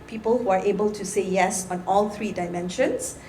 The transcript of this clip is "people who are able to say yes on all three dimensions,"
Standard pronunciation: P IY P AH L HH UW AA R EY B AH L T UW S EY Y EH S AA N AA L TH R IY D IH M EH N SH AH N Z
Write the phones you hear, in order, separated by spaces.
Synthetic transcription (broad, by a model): P IY P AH L HH UW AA R EY B AH L T UW S EY Y EH S AA N AA L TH R IY D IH M EH N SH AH N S